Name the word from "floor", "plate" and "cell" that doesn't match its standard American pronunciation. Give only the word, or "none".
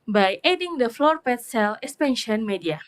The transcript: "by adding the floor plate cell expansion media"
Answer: plate